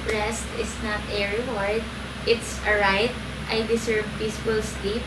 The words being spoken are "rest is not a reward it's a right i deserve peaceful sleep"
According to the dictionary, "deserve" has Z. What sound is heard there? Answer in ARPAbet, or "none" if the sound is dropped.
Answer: S